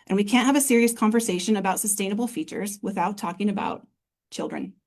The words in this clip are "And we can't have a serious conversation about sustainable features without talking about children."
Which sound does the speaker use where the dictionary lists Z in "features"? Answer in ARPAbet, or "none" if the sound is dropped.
Z